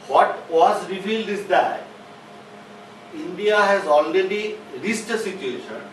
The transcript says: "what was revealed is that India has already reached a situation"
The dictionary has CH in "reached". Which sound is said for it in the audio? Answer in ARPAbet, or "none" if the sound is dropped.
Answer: S